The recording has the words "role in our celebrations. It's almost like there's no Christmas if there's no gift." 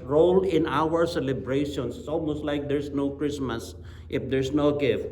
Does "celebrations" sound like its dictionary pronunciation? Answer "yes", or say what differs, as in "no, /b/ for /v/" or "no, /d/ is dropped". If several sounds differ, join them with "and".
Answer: no, /s/ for /z/